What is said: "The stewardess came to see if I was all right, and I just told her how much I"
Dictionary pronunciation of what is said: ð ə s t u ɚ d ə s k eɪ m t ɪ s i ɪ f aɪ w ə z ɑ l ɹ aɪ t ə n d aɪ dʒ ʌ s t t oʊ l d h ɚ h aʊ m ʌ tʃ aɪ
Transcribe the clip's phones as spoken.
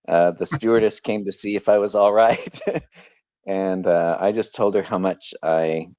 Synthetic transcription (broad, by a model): ð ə s t u ɚ d ə s k eɪ m t ɪ s i ɪ f aɪ w ə z ɑ l ɹ aɪ t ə n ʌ aɪ dʒ ʌ s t t oʊ l d ɚ h aʊ m ʌ tʃ aɪ